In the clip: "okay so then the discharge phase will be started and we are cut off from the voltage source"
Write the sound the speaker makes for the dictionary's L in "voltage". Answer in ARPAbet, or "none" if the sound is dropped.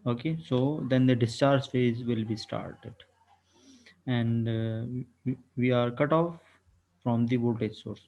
none